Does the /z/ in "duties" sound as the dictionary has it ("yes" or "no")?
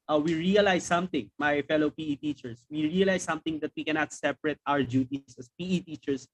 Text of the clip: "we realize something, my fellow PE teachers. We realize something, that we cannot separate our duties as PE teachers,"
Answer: no